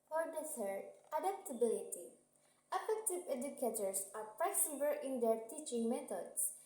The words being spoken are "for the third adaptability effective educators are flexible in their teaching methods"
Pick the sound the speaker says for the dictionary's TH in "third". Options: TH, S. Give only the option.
S